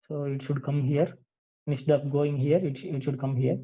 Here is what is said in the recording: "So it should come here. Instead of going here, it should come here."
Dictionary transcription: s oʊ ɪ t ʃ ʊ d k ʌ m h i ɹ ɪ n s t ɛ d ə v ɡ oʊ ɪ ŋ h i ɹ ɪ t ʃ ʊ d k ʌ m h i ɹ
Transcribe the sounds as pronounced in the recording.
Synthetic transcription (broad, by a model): s oʊ ɪ t ʃ ʊ d k ʌ m h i ɹ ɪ s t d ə p ɡ oʊ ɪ ŋ h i ɹ ɪ t ʃ ʊ d k ʌ m h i ɹ